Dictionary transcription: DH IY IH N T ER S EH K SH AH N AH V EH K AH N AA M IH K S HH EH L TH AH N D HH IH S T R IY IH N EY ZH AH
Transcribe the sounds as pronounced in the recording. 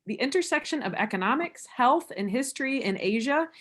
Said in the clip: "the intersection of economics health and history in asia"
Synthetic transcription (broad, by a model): DH IY IH N T ER S EH K SH AH N AH V EH K AH N AA M IH K S HH EH L TH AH N HH IH S T R IY IH N EY ZH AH